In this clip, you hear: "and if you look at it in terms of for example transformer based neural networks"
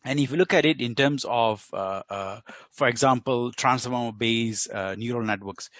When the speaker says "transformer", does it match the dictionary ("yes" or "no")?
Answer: no